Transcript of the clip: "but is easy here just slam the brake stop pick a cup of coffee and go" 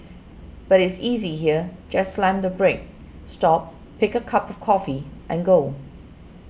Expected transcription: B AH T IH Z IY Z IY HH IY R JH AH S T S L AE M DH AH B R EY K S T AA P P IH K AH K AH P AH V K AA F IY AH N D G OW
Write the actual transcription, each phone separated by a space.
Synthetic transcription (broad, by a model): B AH T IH S IY Z IY HH IY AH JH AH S S L AE M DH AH B R EY K S T AA P P IH K AH K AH P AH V K AA F IY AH N G OW